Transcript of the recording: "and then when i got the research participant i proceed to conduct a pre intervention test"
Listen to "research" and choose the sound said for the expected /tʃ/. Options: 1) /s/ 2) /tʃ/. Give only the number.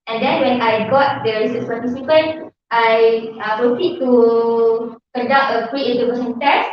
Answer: 1